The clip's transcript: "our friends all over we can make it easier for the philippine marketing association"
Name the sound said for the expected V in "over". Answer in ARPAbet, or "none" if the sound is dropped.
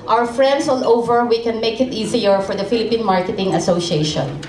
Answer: V